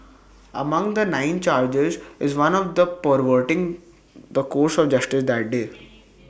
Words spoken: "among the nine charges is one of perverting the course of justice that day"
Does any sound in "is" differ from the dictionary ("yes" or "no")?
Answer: no